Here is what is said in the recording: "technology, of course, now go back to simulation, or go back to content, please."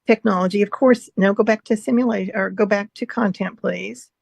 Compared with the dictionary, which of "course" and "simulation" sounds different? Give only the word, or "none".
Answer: simulation